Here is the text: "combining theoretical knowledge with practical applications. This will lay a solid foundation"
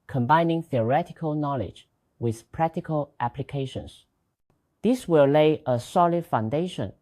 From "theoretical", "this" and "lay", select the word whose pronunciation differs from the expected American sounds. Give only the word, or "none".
none